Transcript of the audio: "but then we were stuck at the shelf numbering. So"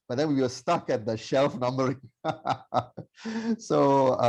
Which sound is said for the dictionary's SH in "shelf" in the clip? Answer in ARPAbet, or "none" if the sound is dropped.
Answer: SH